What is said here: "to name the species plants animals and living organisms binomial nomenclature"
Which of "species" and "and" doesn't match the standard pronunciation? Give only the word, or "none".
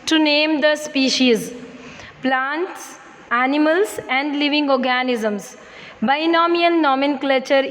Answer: none